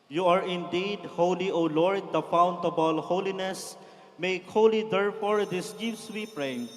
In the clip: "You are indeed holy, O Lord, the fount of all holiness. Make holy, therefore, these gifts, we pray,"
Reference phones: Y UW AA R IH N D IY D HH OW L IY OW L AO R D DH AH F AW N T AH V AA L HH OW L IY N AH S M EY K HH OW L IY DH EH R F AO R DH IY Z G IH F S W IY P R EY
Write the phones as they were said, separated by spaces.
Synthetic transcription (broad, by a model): Y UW AA R IH N D IY D HH OW L IY OW L AO R D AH F AW N T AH B AA L HH OW L IY N AH S M EY K HH OW L IY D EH R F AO R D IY S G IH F S W IY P R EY